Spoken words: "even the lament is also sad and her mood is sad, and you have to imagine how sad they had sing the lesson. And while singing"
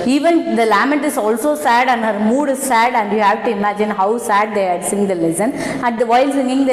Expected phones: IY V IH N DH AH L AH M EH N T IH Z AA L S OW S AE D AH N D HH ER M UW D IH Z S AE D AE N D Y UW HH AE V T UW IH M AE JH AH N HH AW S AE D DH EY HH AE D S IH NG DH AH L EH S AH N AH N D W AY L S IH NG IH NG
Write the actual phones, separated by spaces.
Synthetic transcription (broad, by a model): IY V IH N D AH L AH M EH T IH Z AA L S OW S AE D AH N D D M UW D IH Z S AE D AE N D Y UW HH AE V T UW IH M AE JH AH N HH AW S AE D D EY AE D S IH NG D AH L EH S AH N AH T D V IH L S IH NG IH NG